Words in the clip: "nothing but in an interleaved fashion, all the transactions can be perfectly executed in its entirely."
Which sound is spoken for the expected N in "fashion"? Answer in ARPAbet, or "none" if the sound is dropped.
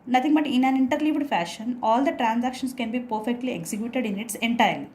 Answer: N